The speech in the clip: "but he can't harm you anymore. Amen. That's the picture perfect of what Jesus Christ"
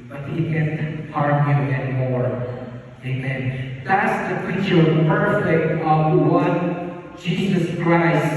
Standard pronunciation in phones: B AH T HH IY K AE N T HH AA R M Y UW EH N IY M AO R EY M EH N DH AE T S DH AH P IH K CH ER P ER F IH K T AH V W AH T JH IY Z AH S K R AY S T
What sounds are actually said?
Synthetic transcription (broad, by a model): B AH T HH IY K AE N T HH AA R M Y UW EH N IY M AO R EY M EH N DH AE T S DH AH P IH CH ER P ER IH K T AH V W AH T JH IY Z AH S K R AY S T